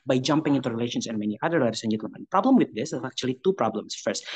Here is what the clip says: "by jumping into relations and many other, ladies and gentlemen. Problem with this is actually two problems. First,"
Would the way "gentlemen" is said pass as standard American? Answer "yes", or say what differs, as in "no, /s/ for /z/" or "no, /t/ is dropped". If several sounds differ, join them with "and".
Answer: no, /l/ is dropped